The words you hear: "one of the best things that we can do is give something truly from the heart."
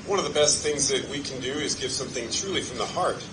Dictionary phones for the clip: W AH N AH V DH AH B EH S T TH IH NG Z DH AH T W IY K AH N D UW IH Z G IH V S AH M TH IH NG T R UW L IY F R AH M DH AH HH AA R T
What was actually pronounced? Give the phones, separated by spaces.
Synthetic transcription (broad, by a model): W AH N AH V DH AH B EH S T TH IH NG Z DH AH T W IY K N D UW IH Z G IH V S AH M TH IH NG T R UW L IY F R AH M DH AH HH AA R T